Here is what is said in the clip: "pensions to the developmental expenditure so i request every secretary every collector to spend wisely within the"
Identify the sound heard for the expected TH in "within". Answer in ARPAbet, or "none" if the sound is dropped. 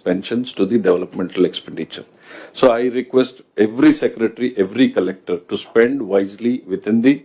T